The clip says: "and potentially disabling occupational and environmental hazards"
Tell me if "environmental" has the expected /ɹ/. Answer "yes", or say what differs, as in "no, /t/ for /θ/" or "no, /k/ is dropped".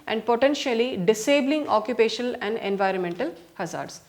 yes